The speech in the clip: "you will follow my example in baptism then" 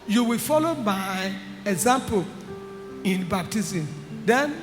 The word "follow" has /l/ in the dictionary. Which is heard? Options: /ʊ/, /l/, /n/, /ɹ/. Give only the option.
/l/